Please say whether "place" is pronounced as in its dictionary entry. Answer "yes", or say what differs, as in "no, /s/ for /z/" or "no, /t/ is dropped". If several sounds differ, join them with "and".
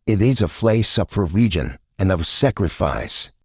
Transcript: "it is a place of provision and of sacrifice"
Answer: no, /f/ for /p/